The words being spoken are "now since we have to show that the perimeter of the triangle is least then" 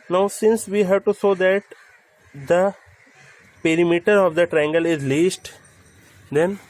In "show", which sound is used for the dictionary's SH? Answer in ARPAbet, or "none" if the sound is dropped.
S